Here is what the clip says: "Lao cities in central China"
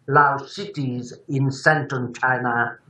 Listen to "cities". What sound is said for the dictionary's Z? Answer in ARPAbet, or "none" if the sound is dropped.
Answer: Z